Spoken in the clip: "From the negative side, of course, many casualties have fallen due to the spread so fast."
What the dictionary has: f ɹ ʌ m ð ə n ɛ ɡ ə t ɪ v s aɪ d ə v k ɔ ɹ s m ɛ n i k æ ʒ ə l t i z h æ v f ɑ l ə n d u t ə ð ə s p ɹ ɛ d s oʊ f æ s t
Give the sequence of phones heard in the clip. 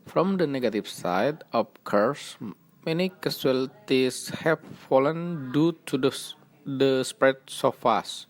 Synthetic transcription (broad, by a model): f ɹ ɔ m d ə n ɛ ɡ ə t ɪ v s aɪ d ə p k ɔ ɹ s m ɛ n i k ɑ s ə l t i s h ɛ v f ɑ l ə n d u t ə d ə s p ɹ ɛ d s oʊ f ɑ s